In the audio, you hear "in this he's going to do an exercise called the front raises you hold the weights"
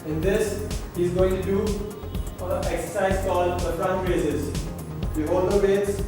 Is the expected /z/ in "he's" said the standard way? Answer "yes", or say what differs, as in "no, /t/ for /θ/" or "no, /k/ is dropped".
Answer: yes